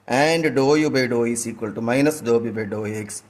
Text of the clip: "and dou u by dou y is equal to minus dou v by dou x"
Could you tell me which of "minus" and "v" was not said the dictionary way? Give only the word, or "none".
v